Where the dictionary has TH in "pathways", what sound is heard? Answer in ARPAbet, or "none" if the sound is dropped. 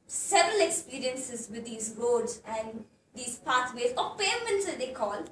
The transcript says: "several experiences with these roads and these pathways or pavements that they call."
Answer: T